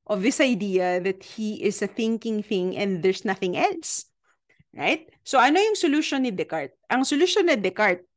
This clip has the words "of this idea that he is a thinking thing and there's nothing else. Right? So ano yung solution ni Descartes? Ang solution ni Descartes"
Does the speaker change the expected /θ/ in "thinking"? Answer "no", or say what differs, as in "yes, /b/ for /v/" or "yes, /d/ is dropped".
no